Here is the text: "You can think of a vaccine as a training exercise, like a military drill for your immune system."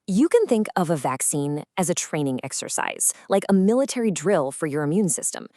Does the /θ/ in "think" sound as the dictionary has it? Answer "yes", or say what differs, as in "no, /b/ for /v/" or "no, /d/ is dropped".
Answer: yes